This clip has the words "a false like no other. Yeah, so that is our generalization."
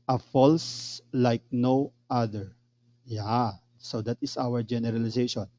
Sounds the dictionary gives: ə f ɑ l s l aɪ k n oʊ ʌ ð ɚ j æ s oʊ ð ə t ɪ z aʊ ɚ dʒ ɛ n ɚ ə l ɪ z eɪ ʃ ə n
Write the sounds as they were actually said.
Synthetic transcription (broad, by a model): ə f ɑ l s l aɪ k n oʊ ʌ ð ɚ j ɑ s oʊ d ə t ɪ s aʊ ɚ dʒ ɛ n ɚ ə l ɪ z eɪ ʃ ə n